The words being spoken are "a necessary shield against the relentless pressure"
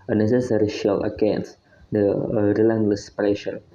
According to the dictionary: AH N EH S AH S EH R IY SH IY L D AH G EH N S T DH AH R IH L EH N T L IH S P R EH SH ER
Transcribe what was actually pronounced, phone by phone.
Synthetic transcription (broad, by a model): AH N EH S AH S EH R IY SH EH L AH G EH N S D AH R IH L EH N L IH S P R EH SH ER